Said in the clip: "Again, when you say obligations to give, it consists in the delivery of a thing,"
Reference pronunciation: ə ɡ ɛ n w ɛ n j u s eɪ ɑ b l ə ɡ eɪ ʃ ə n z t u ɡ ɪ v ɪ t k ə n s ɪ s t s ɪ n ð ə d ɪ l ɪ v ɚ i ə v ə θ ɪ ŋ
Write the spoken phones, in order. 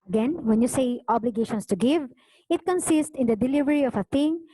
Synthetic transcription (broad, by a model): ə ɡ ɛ n w ɛ n j u s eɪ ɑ b l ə ɡ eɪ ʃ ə n s t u ɡ ɪ v ɪ t k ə n s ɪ s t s ɪ n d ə d ɪ l ɪ v ɚ i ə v ə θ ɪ ŋ